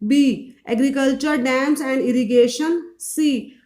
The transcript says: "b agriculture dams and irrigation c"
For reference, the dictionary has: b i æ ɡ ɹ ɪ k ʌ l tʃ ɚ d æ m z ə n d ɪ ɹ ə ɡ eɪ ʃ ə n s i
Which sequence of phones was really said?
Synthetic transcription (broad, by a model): b i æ ɡ ɹ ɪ k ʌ l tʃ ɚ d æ m s ə n d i ɹ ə ɡ eɪ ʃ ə n s i